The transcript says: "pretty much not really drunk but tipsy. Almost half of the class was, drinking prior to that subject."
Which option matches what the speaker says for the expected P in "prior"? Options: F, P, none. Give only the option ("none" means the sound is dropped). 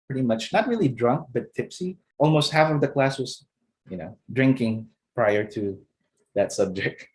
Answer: P